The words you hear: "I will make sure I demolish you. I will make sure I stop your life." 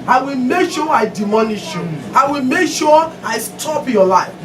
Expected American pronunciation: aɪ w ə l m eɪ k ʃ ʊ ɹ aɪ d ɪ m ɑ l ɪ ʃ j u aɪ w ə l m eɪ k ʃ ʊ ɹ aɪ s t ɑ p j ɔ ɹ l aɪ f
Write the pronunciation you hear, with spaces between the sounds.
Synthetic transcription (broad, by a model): aɪ w ə l m eɪ k ʃ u aɪ d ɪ m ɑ n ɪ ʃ j u aɪ w ə l m eɪ k ʃ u aɪ s t ɑ p j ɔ l aɪ f